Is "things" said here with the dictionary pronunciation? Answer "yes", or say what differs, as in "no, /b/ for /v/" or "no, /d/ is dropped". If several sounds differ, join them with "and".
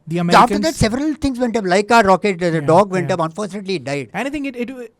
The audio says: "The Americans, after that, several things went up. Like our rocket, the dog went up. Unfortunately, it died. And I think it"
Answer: no, /t/ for /θ/